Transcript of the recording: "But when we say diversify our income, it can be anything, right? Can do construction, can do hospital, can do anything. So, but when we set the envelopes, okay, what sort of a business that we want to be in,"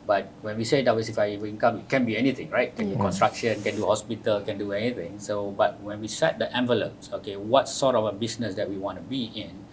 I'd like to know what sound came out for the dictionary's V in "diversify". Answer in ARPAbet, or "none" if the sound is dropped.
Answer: W